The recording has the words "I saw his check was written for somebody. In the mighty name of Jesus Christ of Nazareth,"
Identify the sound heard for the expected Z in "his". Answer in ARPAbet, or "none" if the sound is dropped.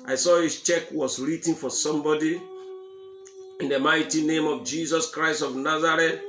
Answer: S